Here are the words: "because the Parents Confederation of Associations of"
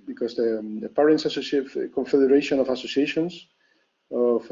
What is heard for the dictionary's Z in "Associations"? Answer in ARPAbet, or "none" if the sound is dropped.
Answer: S